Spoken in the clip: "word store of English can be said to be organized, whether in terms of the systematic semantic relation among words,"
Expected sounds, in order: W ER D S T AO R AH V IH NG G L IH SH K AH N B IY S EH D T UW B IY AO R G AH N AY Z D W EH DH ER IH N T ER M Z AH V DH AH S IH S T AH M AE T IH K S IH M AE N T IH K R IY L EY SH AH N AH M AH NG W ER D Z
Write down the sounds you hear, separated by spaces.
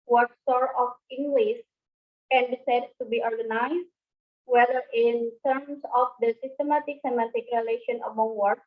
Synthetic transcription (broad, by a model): W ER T S T AO R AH F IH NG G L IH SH K AH N B IY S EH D T UW B IY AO R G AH N AY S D W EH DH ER IH N T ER M S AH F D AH S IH S T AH M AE T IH K S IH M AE T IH K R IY L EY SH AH N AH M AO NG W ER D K